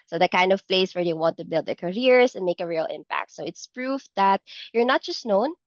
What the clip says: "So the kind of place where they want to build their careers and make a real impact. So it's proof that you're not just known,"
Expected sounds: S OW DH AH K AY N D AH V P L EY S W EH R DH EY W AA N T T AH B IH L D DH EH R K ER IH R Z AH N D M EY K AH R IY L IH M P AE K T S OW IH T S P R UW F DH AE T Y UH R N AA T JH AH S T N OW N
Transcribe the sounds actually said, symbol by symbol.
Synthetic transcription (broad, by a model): S OW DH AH K AY N D AH V P L EY S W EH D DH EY W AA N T T AH B IH L D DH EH R K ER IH R S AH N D M EY K AH R IY L IH M P AE K T S OW IH T S P R UW F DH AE T Y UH R N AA T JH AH S T N OW N